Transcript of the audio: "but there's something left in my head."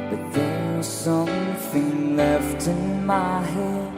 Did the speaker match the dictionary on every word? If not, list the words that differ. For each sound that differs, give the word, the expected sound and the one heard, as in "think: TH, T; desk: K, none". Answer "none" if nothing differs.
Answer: there's: R, W